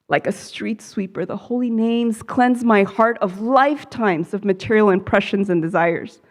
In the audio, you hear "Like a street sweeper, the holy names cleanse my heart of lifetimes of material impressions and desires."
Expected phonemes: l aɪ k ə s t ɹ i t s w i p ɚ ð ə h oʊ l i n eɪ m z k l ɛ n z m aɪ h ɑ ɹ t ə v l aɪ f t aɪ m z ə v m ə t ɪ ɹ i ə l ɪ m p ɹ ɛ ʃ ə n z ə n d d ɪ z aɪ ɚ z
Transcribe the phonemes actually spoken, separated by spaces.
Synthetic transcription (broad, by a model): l aɪ k ə s t ɹ i t s w i p ɚ ð ə h oʊ l i n eɪ m z k l ɛ n z m aɪ h ɑ ɹ t ə v l aɪ f t aɪ m z ə v m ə t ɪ ɹ i l ɪ m p ɹ ɛ ʃ ə n z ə n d d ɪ z aɪ ɚ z